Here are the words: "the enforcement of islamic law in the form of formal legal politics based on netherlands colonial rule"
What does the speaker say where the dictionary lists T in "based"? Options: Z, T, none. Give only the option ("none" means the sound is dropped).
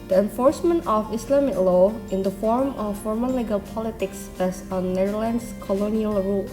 none